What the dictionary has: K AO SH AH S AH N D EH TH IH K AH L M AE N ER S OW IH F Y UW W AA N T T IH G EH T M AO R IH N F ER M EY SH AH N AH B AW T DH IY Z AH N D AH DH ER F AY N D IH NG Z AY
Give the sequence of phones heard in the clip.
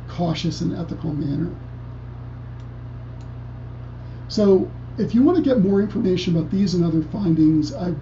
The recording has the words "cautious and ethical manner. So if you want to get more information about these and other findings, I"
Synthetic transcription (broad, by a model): K AO SH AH S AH N EH TH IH K L M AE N ER S OW IH F Y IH W AA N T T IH G EH T M AO R IH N F ER M EY SH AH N AH B AW T DH IY Z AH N AH DH ER F AY N D IH NG Z AY